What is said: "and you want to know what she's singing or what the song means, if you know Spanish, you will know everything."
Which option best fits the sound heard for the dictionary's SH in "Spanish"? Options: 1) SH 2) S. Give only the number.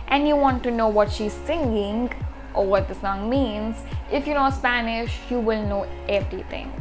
1